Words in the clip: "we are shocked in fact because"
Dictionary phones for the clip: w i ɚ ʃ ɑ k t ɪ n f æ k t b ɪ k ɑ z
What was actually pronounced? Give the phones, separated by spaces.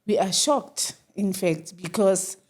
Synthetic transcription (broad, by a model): w i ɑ ʃ ɑ k t ɪ n f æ k t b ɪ k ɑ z